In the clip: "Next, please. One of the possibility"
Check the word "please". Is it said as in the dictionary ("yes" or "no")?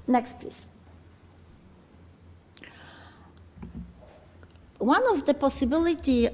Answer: no